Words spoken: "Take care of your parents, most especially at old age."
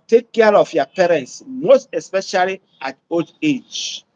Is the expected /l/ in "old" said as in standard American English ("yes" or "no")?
no